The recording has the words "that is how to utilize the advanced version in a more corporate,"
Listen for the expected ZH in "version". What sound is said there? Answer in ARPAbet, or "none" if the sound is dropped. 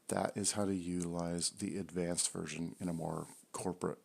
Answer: ZH